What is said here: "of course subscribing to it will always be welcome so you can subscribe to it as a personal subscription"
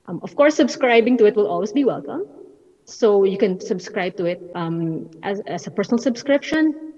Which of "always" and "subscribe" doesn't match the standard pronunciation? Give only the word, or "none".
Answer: always